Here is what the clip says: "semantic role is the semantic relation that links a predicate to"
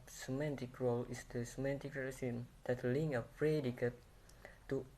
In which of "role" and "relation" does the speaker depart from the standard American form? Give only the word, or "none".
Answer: relation